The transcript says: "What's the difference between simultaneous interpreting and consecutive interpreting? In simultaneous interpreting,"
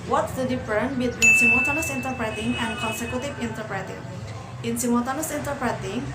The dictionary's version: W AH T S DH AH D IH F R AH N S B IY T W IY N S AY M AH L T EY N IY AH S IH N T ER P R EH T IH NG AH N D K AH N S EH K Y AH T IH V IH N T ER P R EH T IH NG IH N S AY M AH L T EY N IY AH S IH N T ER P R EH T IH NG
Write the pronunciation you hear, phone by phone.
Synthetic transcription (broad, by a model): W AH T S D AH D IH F AH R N B IY T W IY N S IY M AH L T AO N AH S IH N T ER P R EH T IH NG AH N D K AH N S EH K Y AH T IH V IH N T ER P R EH T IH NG IH N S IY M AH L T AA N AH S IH N T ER P R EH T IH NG